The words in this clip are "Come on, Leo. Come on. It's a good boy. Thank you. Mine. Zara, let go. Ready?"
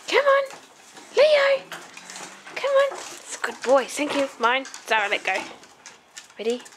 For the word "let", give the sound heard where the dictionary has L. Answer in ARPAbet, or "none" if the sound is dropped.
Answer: L